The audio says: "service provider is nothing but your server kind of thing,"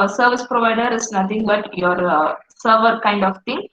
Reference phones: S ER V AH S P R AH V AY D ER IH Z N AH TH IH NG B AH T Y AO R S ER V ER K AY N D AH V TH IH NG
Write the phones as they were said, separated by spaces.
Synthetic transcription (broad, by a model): S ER V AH S P R AH V AY D ER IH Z N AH T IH NG B AH T Y AO R S ER V ER K AY N D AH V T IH NG